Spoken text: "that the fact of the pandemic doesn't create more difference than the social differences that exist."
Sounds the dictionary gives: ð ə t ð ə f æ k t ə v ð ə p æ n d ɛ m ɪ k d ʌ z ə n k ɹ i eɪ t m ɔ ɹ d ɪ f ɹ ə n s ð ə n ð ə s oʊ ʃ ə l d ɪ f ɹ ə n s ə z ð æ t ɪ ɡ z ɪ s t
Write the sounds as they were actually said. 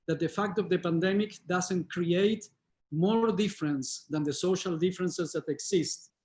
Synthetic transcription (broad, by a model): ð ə t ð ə f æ k t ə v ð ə p æ n d ɛ m ɪ k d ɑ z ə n k ɹ i eɪ t m ɔ ɹ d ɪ f ɹ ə n s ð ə n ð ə s oʊ ʃ ə l d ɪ f ɹ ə n s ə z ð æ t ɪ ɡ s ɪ s t